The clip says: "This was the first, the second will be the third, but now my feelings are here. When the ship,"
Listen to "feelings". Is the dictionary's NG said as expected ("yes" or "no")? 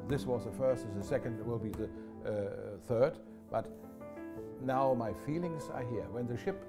yes